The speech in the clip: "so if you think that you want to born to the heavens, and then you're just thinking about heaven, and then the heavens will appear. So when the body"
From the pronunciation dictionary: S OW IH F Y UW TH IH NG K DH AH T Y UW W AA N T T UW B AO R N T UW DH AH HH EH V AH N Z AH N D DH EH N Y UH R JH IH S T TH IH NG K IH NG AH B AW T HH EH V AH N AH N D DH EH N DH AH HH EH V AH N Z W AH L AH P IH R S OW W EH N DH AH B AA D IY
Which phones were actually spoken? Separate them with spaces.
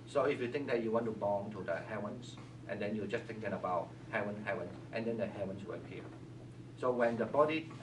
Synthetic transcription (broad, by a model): S OW IH F Y UW T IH NG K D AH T Y UW W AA N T T UW B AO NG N T UW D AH HH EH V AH N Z AH N D EH N Y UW JH IH S T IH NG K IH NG AH B AW T HH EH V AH N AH N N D EH N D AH HH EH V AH N S W AH L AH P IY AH S OW W EH N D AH B AA D IY